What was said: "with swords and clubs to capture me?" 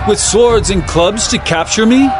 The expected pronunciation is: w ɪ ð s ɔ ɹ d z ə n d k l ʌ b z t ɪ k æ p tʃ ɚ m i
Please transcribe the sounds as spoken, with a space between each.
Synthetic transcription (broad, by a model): w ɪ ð s ɔ ɹ d z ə n k l ʌ b z t ɪ k æ p tʃ ɚ m i